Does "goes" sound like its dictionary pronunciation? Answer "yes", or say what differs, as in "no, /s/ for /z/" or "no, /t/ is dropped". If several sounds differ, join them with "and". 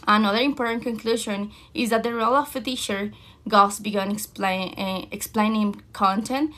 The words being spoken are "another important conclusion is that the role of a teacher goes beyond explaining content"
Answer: no, /s/ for /z/